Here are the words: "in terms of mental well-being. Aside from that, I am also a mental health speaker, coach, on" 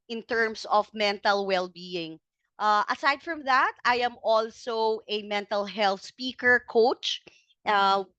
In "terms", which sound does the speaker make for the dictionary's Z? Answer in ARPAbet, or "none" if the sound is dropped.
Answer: S